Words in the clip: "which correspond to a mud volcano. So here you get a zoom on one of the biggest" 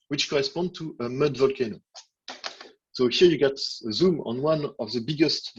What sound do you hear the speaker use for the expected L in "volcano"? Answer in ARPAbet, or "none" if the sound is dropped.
L